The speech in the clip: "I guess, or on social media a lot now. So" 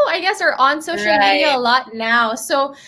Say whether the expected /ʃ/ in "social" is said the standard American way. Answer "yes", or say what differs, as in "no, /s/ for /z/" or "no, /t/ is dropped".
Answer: no, /ʃ/ is dropped